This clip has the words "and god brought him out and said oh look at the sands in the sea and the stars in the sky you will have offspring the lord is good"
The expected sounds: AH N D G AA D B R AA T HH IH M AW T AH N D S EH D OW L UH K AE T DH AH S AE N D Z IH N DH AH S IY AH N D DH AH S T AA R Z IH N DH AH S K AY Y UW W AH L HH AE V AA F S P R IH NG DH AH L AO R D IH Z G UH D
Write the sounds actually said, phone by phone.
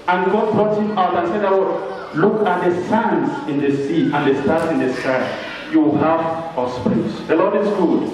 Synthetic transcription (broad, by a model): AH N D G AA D B R AA T HH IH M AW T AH N S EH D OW L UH K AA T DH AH S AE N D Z IH N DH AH S IY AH N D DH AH S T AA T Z IH N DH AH S K AY Y UW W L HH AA F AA S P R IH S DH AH L AO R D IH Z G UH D